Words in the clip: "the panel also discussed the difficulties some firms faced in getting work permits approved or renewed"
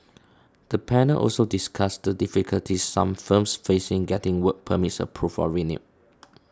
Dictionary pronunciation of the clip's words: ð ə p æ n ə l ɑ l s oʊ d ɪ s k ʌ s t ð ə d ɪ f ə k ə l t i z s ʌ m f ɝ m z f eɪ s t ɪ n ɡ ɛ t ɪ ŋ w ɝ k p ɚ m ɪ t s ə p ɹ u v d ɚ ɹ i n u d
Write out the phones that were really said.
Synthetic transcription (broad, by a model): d ə p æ n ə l ɑ l s oʊ d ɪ s k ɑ s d ə d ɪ f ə k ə l t i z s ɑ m f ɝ m s f eɪ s ɪ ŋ ɡ ɛ t ɪ ŋ w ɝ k p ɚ m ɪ t s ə p ɹ u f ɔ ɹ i n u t